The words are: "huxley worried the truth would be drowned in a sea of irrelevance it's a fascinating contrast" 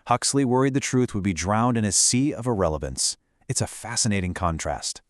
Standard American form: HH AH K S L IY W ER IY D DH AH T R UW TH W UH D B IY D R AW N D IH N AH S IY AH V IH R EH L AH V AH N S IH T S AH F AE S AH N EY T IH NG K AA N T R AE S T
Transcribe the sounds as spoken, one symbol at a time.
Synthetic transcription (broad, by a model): HH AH K S L IY W ER IY D DH AH T R UW TH W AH D B IY D R AW N D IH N AH S IY AH V IH R EH L AH V AH N S IH T S AH F AE S AH N EY T IH NG K AA N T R AE S T